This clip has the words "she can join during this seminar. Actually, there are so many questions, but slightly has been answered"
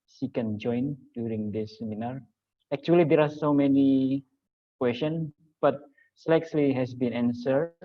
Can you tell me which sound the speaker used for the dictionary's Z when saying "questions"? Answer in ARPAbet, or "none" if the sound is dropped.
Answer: none